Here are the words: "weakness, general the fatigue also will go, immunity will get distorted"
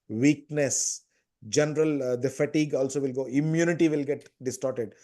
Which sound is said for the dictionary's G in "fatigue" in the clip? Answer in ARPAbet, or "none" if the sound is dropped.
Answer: G